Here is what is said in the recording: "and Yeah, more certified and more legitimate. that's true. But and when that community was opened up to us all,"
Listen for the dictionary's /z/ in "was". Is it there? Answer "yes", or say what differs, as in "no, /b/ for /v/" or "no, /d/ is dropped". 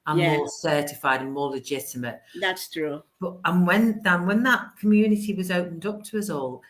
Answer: yes